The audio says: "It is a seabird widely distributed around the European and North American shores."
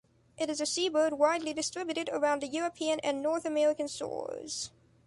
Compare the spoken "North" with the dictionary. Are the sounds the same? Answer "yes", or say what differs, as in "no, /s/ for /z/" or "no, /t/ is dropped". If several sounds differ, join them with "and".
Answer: yes